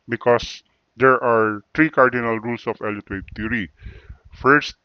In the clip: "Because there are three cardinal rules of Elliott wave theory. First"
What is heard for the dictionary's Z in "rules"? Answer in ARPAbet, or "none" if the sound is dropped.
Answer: S